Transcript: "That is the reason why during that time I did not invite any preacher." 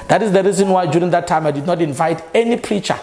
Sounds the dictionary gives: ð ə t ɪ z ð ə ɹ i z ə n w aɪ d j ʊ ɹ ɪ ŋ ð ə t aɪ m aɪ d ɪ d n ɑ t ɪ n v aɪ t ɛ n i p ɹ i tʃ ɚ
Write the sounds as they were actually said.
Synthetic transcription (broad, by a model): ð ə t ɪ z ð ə ɹ i z ə n w aɪ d j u ɹ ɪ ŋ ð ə t aɪ m aɪ d ɪ d n ɑ t ɪ n v aɪ t ɛ n i p ɹ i tʃ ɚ